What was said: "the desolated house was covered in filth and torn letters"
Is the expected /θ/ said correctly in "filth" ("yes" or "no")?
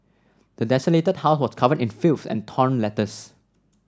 no